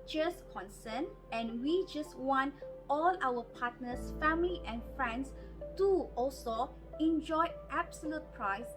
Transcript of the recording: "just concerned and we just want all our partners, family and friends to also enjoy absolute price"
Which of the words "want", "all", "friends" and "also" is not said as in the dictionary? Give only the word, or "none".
friends